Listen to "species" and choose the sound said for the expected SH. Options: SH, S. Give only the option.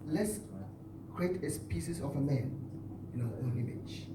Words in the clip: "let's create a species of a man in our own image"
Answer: S